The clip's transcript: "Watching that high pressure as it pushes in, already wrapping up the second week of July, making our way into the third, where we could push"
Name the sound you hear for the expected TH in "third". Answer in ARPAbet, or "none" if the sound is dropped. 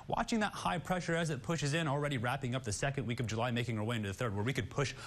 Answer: TH